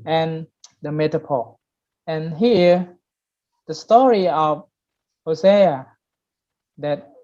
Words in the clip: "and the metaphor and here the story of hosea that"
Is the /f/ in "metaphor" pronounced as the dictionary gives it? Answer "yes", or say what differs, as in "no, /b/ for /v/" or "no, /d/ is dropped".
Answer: no, /p/ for /f/